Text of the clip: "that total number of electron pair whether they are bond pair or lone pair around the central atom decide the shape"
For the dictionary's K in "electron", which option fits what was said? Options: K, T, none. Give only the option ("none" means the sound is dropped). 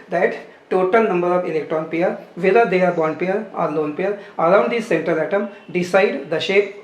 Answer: K